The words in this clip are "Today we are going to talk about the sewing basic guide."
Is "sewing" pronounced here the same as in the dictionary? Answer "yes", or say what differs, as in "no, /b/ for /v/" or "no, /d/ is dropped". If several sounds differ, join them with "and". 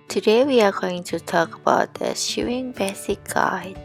no, /ʃ/ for /s/